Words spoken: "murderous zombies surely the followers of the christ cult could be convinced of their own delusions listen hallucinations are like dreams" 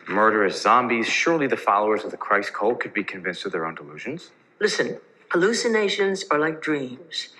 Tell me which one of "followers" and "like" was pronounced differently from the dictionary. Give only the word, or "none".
none